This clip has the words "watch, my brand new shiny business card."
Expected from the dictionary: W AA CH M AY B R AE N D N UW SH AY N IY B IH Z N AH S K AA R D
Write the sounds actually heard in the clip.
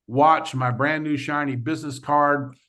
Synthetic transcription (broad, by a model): W AA CH M AY B R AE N N UW SH AY N IY B IH Z N AH S K AA R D